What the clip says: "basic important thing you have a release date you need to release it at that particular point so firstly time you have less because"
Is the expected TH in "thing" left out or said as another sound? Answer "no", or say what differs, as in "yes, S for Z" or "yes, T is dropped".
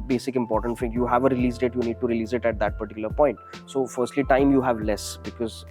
yes, F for TH